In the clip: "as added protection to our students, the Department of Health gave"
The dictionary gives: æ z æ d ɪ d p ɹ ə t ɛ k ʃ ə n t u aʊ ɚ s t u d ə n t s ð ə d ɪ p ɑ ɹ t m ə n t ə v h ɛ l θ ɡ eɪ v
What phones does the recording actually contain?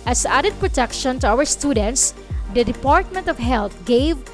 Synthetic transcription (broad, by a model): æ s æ d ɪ d p ɹ ə t ɛ k ʃ ə n t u aʊ ɚ s t u d ə n t s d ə d ɪ p ɑ ɹ t m ə n t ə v h ɛ l t ɡ eɪ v